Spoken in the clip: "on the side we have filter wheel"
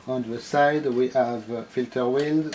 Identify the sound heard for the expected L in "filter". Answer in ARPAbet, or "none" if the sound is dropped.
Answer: L